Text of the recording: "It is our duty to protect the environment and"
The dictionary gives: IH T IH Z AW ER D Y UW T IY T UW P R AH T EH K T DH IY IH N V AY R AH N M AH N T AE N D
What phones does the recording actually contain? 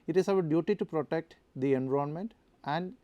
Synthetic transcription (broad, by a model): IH T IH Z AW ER D Y UW T IY T UW P R AH T EH K T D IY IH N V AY AH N M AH N T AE N D